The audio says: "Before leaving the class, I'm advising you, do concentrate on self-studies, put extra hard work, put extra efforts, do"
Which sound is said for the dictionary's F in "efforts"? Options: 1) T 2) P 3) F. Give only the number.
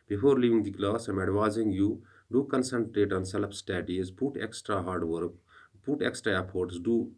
2